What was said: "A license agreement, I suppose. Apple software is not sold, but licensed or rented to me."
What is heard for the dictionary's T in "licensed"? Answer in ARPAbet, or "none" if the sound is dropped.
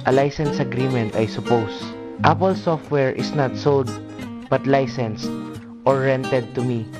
T